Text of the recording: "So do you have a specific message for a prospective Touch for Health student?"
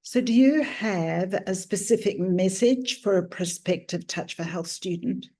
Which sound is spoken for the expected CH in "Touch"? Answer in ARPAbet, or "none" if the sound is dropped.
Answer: CH